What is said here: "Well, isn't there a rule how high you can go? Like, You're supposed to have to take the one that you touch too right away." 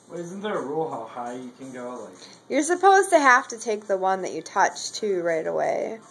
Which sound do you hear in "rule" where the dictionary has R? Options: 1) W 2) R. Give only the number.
2